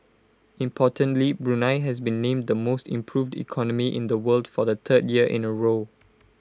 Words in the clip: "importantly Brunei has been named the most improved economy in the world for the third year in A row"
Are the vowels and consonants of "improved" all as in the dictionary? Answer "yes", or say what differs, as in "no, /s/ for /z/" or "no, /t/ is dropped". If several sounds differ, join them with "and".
yes